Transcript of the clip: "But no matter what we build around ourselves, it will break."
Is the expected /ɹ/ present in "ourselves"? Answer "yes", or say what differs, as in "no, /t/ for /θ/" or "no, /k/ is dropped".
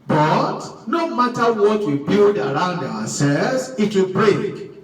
no, /w/ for /ɹ/